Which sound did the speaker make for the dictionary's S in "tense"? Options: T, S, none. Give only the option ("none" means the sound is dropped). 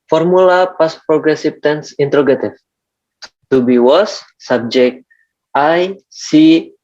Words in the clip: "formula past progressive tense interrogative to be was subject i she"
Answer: S